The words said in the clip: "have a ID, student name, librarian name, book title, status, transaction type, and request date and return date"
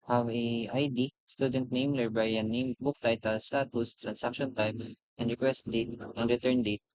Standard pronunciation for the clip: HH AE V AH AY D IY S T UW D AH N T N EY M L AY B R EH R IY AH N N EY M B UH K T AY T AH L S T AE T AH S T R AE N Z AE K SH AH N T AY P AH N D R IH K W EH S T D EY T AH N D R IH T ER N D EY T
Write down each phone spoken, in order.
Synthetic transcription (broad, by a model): HH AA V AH AY D IY S T UW D AH N T N EY M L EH R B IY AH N N EY M B UH K T AY T AH L S T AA T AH S T R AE N S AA K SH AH N T AY P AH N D R IH K W EH S T D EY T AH N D R IH T ER N D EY T